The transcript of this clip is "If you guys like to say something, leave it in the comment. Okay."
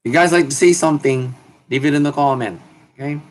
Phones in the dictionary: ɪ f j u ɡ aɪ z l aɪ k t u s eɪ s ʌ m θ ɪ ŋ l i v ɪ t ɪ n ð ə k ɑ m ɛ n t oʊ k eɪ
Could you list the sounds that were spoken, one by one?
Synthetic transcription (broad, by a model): j u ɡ aɪ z l aɪ k t u s eɪ s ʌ m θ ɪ ŋ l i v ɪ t ɪ n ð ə k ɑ m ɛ n oʊ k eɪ